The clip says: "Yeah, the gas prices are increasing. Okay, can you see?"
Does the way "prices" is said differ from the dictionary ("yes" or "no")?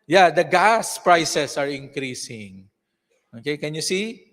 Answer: yes